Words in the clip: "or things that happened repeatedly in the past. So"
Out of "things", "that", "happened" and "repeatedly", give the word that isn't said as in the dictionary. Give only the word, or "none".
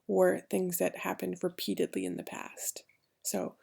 none